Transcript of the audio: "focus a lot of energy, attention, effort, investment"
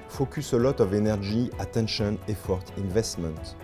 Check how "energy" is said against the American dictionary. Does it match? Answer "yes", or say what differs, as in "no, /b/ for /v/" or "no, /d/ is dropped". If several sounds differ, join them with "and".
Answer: no, /ʒ/ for /dʒ/